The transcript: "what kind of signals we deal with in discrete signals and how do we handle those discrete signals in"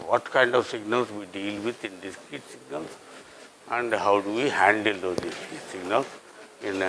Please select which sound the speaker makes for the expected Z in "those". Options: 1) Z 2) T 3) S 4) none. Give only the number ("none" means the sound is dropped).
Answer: 4